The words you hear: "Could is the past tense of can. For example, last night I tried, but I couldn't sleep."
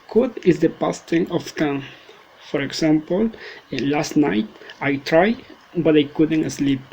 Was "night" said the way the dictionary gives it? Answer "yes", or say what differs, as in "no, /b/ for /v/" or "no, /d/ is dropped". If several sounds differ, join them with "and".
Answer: yes